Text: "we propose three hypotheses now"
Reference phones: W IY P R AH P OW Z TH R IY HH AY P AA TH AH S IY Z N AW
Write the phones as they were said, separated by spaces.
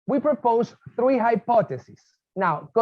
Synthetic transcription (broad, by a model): W IY P R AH P OW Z TH R IY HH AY P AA T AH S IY S N AW